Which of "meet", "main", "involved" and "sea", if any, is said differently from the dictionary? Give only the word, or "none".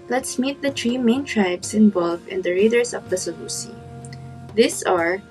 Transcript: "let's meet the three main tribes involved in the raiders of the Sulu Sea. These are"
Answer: involved